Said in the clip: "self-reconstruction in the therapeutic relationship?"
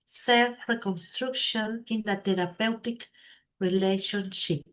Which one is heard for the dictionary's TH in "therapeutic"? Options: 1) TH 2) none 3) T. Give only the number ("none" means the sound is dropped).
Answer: 3